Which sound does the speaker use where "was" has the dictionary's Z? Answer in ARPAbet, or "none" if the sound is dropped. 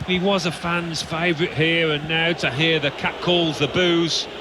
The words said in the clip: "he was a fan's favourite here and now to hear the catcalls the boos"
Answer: Z